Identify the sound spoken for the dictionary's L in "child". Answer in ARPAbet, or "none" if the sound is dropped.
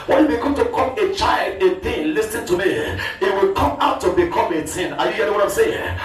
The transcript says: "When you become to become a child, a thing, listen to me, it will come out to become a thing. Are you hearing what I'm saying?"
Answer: L